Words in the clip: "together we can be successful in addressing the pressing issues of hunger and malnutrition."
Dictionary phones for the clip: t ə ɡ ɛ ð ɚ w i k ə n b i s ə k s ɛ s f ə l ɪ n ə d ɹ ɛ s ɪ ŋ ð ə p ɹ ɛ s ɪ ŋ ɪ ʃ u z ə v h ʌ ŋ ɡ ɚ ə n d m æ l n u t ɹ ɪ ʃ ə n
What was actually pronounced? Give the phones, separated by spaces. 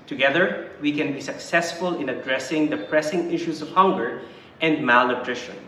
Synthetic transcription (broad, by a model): t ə ɡ ɛ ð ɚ w i k ə n b i s ə k s ɛ s f ə l ɪ n ə d ɹ ɛ s ɪ ŋ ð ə p ɹ ɛ s ɪ ŋ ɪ ʃ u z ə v h ʌ ŋ ɡ ɚ ə n d m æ l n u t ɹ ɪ ʃ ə n